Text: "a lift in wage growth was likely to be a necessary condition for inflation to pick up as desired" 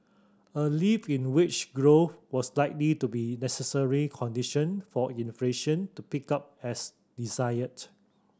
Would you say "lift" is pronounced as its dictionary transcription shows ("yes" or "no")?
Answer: no